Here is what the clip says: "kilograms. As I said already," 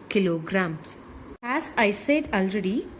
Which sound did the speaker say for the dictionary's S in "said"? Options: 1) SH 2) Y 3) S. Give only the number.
3